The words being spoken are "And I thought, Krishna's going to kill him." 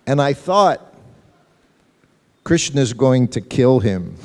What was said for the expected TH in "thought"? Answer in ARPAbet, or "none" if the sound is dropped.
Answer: TH